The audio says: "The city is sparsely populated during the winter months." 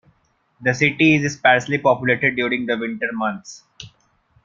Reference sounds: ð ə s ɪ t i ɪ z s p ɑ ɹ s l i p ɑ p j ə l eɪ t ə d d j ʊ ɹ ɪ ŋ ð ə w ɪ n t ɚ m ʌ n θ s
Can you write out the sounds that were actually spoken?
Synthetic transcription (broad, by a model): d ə s ɪ t i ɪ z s p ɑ ɹ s l i p ɑ p j ə l eɪ t ə d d j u ɹ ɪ ŋ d ə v ɪ n t ɚ m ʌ n t s